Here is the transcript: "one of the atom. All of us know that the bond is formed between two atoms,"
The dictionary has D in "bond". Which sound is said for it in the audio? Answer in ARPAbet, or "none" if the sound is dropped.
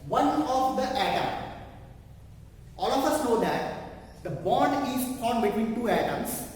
D